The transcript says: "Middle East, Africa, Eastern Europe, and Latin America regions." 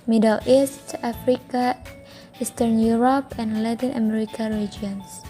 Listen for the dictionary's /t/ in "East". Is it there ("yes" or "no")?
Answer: yes